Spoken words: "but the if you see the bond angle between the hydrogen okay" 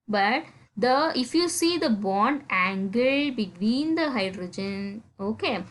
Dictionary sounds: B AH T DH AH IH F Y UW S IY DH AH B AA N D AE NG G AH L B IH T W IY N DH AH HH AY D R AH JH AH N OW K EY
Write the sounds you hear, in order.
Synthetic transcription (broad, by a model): B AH T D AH IH F Y UW S IY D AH B AA N D AE NG G AH L B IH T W IY N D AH HH AY D R AH JH AH N OW K EY